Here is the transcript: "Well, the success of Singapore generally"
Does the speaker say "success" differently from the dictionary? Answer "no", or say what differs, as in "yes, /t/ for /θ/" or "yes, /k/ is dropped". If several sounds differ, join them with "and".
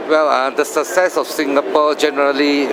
yes, /k/ is dropped